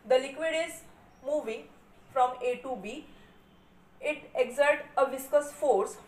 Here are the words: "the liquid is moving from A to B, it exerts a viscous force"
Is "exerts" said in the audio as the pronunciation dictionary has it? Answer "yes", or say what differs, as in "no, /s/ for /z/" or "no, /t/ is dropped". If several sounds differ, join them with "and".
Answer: no, /s/ is dropped